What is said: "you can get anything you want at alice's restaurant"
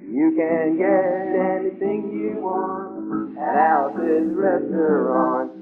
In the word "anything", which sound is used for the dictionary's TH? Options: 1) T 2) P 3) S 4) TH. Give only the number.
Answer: 4